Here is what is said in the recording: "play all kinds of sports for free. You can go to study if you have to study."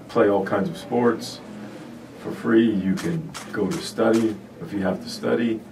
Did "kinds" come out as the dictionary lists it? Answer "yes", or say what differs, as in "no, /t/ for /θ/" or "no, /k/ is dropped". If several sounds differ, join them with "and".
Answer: yes